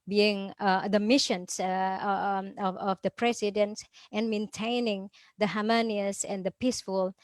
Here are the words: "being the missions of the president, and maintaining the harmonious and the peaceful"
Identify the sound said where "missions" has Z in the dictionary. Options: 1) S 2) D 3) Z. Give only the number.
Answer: 1